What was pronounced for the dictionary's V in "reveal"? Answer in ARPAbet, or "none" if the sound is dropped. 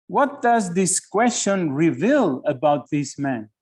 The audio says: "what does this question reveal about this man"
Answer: V